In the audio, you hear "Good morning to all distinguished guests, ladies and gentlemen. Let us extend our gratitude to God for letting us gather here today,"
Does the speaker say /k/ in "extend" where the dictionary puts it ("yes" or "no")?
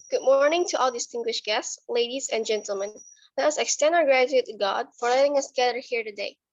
yes